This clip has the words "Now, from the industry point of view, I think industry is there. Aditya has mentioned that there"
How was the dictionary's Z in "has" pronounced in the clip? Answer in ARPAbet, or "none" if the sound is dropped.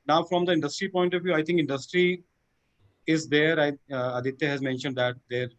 Z